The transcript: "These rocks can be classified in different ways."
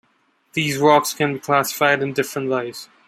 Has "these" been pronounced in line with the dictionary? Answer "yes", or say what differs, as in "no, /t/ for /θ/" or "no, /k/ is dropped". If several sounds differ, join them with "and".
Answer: yes